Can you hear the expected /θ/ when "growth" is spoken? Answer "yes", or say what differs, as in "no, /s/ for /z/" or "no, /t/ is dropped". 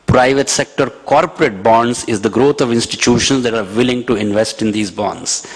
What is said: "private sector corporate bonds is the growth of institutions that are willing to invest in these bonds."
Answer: no, /t/ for /θ/